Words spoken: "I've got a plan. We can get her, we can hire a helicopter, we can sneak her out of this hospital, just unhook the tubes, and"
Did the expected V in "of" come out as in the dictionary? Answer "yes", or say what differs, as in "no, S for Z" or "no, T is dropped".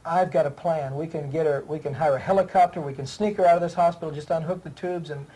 yes